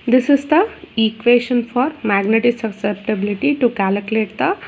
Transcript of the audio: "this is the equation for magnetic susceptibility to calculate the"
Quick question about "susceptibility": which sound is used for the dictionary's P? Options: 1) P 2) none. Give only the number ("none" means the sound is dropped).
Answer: 1